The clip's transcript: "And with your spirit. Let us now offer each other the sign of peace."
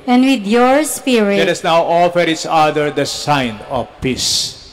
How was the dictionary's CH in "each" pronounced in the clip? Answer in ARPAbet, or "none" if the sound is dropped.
S